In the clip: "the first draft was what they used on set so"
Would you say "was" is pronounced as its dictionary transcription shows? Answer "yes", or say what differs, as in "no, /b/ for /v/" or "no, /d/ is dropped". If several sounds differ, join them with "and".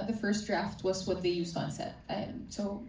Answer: yes